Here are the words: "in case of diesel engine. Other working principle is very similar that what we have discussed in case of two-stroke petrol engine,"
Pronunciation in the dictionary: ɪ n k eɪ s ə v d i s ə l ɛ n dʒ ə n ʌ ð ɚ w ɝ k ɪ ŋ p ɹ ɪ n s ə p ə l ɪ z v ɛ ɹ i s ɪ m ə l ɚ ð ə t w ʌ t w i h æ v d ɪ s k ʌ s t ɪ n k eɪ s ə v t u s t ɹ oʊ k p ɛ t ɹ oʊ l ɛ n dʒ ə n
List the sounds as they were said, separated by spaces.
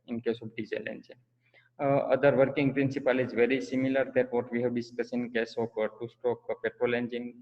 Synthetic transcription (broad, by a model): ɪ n k eɪ s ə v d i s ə l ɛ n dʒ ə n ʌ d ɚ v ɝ k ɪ ŋ p ɹ ɪ n s ə p ə l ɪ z v ɛ ɹ i s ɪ m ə l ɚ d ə t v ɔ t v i h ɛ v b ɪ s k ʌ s ɪ n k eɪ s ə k t u s t oʊ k p ɛ t ɹ oʊ l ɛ n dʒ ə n